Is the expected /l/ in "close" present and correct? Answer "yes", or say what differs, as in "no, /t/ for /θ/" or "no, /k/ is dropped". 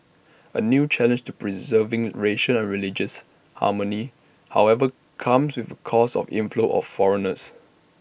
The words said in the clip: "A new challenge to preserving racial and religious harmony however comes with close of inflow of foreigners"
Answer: no, /l/ is dropped